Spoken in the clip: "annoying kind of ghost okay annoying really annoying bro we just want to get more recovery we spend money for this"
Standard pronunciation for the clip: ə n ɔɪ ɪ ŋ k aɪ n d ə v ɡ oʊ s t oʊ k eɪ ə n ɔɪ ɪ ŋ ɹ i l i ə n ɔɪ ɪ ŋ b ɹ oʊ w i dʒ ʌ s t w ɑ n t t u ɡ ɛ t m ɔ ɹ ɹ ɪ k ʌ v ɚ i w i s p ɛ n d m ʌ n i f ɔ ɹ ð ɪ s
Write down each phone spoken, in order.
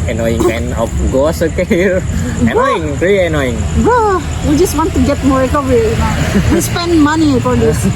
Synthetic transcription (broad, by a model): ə n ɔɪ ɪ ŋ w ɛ n ə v ɡ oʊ s oʊ k eɪ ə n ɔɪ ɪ ŋ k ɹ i ə n ɔɪ ɪ ŋ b oʊ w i dʒ ʌ s t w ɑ n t t u ɡ ɛ t m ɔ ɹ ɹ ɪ k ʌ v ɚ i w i s p ɛ n d m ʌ n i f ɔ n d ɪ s